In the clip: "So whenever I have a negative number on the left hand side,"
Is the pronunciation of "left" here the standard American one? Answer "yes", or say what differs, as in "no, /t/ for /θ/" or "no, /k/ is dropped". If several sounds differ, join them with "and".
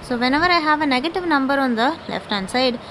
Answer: yes